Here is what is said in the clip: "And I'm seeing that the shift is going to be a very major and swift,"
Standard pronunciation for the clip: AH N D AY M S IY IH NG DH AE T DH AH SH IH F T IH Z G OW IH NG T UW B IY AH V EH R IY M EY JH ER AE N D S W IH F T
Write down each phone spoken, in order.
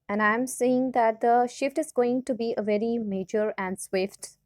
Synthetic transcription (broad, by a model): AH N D AY M S IY IH NG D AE T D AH SH IH F T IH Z G OW IH NG T UW B IY AH V EH R IY M EY JH ER AE N D S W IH F T